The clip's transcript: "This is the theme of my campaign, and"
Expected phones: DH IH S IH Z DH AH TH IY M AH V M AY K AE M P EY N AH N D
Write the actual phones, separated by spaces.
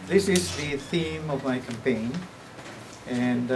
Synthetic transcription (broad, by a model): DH IH S IH Z DH AH TH IY M AH V M AY K AE M P EY N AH N